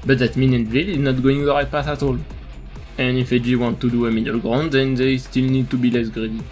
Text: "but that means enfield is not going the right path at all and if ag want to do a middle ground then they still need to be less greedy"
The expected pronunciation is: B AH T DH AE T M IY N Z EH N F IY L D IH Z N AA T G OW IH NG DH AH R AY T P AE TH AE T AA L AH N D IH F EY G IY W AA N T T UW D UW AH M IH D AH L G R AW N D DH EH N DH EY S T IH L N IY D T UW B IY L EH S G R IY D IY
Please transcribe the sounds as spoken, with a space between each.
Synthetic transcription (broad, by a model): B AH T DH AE T M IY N EH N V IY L IH Z N AA T G OW IH NG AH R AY P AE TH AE T AA L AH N IH F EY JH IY W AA N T T UW D UW AH M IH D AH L G R AW N D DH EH N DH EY S T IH L N IY D T UW B IY L EH S G R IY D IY